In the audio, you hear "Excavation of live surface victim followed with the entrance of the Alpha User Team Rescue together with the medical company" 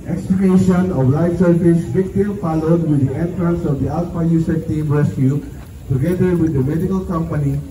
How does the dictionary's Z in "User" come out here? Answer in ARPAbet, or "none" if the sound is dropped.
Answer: S